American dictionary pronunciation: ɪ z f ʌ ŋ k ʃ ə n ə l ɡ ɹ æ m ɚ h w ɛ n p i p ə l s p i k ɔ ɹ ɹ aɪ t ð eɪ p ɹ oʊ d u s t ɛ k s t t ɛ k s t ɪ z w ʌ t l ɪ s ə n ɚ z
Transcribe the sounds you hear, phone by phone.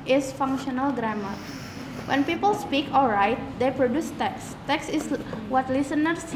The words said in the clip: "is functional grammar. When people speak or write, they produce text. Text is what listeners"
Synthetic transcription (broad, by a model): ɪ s f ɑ ŋ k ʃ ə n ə l ɡ ɹ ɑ m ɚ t w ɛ n p i p ə l s p i k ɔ l ɹ aɪ t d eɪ p ɹ oʊ d u s t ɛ k s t t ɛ k s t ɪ s w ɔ t l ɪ s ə n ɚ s